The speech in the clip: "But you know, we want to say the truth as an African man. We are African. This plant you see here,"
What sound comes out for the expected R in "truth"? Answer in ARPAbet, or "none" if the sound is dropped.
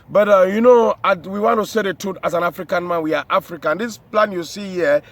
none